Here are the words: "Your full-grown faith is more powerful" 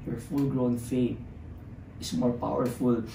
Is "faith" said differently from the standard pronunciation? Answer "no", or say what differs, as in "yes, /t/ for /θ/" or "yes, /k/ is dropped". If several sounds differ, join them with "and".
yes, /t/ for /θ/